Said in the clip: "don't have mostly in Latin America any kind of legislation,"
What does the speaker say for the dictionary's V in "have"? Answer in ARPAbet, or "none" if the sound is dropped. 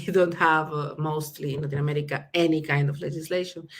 V